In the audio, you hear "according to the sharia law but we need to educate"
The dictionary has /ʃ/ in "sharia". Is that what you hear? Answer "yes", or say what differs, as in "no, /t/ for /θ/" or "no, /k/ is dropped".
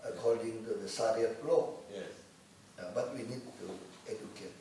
no, /s/ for /ʃ/